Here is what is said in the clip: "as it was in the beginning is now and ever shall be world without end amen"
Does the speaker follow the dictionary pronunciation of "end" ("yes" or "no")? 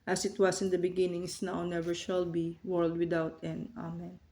no